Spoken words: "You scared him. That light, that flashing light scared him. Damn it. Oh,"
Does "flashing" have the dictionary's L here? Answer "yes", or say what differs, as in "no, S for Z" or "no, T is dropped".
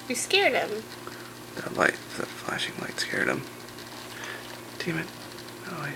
yes